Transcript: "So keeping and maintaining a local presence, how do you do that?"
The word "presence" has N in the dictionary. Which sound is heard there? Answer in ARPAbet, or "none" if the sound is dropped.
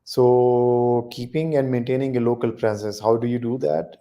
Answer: none